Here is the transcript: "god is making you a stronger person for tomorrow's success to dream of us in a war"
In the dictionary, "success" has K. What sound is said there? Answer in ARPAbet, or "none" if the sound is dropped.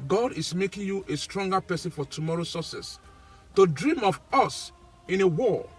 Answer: none